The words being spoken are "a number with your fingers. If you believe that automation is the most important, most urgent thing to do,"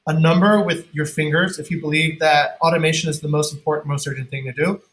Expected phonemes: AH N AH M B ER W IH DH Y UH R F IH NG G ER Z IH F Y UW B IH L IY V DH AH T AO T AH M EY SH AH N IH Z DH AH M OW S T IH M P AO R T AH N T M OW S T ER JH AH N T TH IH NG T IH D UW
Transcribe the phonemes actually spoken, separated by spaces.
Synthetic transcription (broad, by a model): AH N AH M B ER W IH DH Y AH R F IH NG G ER Z IH F Y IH B IH L IY V DH AH T AO T AH M EY SH AH N IH Z DH AH M OW S T M P AO R T N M OW S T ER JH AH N TH IH NG T IH D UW